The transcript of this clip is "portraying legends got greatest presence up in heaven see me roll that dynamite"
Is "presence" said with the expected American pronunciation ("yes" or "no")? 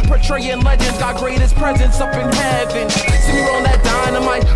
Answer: yes